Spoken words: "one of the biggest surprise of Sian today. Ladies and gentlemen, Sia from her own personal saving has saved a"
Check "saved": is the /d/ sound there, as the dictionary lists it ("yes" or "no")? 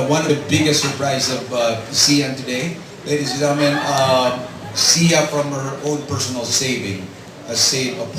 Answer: no